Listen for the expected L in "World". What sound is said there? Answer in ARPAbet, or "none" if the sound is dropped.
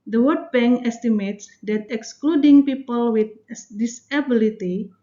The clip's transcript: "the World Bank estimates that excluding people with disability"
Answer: none